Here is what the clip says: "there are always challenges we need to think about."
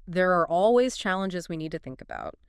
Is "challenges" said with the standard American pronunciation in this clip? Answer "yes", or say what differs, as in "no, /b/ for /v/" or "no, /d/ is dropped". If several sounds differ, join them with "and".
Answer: yes